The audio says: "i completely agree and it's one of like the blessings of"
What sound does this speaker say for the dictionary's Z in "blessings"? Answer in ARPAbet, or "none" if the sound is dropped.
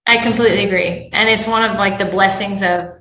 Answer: Z